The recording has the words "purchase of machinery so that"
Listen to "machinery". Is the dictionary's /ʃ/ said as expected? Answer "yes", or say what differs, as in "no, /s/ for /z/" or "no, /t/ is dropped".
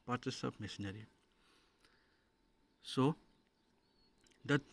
no, /s/ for /ʃ/